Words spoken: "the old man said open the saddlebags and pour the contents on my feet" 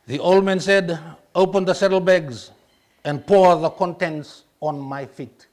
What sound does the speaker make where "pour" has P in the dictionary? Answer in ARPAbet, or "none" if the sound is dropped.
P